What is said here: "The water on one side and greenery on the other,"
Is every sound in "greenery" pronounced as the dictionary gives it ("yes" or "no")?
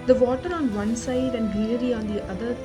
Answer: no